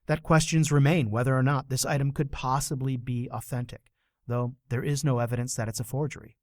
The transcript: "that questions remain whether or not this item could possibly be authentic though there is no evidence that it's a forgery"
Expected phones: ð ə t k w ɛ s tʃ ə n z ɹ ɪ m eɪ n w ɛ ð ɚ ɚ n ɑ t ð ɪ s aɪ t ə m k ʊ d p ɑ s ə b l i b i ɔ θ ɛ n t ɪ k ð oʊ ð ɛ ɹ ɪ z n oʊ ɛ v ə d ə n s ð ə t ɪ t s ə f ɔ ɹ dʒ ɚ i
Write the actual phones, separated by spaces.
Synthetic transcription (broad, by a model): ð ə t k w ɛ s tʃ ə n z ɹ ɪ m eɪ n w ɛ ð ɚ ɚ n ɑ t ð ɪ s aɪ t ə m k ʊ d p ɑ s ə b l i b i ɔ θ ɛ n t ɪ k ð oʊ ð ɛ ɹ ɪ z n oʊ ɛ v ə d ə n s ð ə t ɪ t s ə f ɔ ɹ dʒ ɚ i